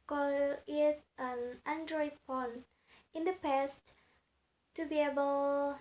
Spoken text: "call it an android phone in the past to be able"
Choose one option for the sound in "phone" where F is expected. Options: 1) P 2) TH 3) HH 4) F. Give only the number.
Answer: 1